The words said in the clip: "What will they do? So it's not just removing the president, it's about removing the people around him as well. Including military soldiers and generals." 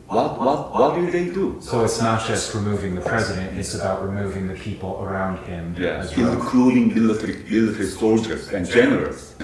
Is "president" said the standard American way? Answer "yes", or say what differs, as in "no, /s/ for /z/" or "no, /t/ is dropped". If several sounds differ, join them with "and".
yes